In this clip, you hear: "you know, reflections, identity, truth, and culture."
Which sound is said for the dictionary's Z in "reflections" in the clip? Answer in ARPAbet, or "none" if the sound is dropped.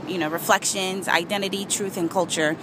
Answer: Z